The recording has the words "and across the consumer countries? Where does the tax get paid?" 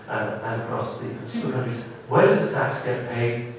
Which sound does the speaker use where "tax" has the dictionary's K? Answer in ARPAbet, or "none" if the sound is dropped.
K